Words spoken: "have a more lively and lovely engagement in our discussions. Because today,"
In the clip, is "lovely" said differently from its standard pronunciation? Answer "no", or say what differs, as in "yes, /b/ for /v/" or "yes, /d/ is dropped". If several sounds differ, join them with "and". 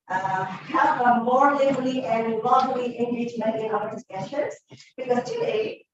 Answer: yes, /v/ is dropped